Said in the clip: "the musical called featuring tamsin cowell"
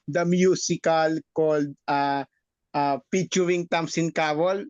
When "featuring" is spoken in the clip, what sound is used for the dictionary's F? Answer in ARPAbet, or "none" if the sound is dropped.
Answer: P